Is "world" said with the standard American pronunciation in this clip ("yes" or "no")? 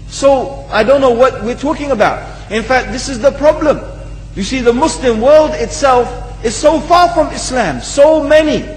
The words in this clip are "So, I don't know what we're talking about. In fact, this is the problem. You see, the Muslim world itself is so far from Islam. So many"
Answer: yes